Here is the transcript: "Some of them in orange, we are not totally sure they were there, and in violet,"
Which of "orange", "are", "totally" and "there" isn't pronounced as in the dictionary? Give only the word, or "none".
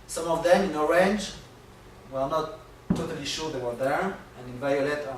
none